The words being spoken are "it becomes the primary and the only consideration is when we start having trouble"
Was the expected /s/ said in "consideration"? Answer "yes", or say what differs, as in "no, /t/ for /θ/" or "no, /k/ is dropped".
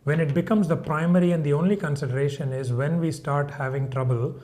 yes